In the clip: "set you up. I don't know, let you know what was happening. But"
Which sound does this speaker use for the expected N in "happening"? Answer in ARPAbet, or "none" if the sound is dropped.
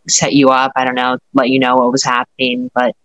N